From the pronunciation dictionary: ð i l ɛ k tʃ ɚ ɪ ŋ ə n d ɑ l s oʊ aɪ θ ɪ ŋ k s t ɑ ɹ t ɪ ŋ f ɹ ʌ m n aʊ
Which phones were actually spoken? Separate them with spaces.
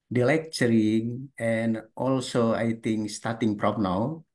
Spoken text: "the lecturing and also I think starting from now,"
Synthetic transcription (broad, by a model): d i l ɛ k tʃ ɚ ɪ ŋ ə n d ɑ l s oʊ aɪ t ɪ ŋ k s t ɑ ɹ t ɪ ŋ p ɹ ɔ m n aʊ